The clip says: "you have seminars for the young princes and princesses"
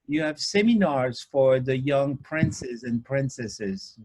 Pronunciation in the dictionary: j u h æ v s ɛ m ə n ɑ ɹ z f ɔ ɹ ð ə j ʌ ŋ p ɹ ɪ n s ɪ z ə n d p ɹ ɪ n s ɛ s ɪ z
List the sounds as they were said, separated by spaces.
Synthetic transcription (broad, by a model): j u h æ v s ɛ m ə n ɑ ɹ z f ɔ ɹ ð ə j ʌ ŋ p ɹ ɪ n s ɪ z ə n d p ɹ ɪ n s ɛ s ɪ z